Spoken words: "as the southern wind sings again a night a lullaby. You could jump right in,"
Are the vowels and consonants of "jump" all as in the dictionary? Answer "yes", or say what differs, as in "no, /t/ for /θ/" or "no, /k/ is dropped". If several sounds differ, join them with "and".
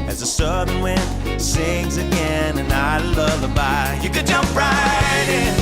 yes